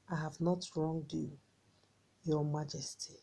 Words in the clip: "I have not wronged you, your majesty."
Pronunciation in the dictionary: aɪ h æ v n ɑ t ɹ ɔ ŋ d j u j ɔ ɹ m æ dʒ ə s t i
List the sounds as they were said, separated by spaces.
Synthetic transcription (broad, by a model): aɪ h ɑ v n ɑ t ɹ ɔ ŋ d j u j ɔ m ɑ dʒ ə s t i